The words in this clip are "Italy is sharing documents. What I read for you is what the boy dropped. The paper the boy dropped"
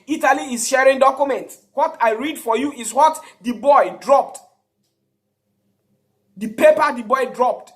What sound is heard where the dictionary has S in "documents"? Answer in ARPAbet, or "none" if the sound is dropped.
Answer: none